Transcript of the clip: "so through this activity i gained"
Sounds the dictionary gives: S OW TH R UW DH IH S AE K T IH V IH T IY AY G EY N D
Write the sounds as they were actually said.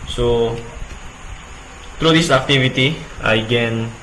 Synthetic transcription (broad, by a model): S OW T R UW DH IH S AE K T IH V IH T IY AY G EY N